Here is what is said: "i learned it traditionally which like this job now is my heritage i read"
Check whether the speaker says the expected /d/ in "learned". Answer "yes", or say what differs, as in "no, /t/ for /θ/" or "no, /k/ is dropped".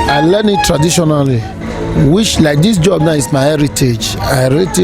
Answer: no, /d/ is dropped